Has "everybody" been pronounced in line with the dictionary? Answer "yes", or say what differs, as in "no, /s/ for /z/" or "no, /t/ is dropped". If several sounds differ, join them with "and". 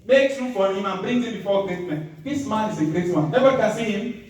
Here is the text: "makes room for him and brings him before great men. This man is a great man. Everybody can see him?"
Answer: no, /ɹ/ is dropped